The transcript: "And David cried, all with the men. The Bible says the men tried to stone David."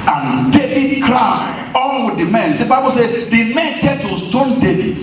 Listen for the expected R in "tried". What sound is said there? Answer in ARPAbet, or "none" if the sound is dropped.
none